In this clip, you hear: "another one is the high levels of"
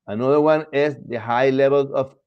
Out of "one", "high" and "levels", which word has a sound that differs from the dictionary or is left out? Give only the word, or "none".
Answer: levels